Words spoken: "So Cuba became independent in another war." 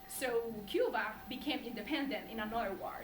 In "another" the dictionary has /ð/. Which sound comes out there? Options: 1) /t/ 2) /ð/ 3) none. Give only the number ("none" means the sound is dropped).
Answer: 3